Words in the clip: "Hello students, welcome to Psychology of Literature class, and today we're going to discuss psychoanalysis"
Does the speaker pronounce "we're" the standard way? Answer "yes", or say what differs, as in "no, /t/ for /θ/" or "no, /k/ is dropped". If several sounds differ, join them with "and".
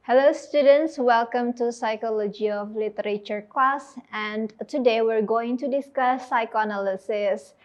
yes